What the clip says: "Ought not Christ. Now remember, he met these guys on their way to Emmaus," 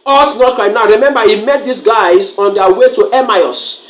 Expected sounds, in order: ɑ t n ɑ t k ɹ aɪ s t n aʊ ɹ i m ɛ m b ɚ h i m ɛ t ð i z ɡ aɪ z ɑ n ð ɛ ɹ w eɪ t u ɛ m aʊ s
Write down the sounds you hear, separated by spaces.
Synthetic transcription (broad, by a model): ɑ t n ɑ t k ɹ aɪ t n aʊ ɹ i m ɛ m b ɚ h i m ɛ t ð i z ɡ aɪ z ɑ n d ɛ w eɪ t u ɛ m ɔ s